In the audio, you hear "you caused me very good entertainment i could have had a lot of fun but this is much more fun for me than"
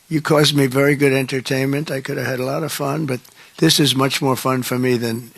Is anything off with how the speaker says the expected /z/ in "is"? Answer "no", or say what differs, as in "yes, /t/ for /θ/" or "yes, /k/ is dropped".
no